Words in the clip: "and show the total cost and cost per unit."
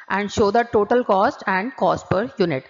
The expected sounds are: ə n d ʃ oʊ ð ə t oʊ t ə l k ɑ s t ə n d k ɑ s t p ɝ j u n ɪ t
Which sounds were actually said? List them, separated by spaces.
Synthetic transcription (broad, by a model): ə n d ʃ oʊ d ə t oʊ t ə l k ɑ s t ə n d k ɑ s t p ɝ j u n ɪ t